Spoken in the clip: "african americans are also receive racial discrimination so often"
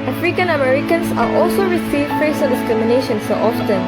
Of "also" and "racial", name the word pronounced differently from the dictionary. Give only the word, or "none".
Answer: racial